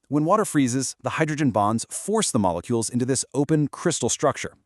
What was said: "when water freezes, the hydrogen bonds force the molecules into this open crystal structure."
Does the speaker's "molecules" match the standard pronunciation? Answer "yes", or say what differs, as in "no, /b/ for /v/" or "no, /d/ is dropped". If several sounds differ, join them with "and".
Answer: yes